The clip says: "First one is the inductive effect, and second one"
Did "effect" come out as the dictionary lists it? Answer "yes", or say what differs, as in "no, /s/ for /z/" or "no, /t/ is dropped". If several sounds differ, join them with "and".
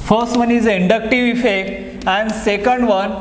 no, /t/ is dropped